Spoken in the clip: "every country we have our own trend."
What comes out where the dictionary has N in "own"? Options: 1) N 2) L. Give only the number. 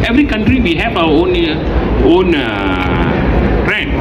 1